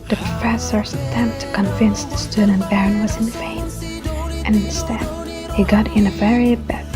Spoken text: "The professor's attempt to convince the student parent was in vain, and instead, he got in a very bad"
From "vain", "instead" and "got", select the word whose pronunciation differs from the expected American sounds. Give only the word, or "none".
vain